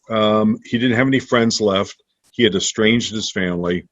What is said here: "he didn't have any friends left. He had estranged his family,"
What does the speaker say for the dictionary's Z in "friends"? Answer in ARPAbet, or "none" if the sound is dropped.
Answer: Z